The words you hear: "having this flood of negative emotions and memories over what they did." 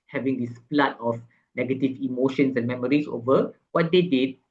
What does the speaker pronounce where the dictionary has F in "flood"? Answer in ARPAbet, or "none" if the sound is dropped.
P